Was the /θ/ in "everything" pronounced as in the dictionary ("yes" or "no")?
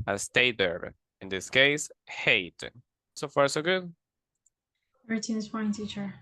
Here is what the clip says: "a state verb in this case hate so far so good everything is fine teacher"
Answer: no